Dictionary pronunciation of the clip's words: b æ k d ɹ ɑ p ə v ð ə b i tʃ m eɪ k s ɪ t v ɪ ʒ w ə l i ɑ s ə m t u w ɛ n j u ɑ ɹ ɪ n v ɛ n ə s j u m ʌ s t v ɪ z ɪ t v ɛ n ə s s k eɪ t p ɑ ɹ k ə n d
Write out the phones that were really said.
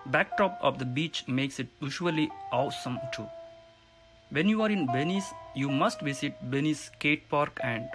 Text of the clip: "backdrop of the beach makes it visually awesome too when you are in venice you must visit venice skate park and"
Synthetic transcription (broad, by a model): b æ k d ɹ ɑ p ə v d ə b i tʃ m eɪ k s ɪ t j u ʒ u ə l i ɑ s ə m t u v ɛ n j u ɑ ɹ ɪ n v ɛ n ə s j u m ʌ s t v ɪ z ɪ t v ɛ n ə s s k eɪ t p ɑ ɹ k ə n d